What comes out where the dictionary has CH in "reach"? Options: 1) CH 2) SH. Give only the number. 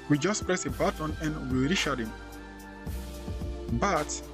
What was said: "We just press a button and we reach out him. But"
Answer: 2